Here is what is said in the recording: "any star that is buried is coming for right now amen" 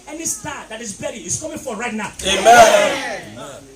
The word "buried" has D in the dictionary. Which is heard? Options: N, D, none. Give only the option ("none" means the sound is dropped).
none